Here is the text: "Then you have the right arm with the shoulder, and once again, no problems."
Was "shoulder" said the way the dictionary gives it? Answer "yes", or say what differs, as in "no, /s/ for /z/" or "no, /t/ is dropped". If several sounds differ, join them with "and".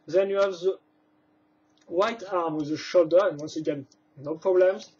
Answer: yes